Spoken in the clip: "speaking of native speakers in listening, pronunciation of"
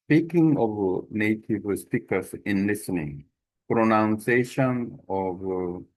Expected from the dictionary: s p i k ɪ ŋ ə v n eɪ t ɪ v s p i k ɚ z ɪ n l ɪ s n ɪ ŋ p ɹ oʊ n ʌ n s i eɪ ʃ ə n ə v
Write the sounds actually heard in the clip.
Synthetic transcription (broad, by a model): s p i k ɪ ŋ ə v n eɪ t ɪ v s p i k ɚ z ɪ n l ɪ s n ɪ ŋ p ɹ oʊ n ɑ n s eɪ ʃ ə n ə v